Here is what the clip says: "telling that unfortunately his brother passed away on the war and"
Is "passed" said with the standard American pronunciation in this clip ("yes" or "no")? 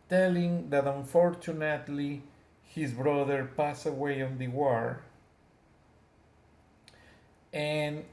no